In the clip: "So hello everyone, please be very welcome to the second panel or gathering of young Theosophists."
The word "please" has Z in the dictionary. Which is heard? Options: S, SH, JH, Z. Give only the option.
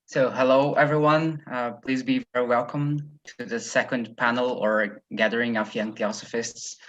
Z